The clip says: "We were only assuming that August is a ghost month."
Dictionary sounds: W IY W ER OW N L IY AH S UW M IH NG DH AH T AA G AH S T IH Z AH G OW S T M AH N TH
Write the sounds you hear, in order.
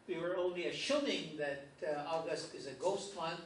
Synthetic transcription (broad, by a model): W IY W ER OW N L IY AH SH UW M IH NG DH AH T AA G AH S T IH Z AH G OW S T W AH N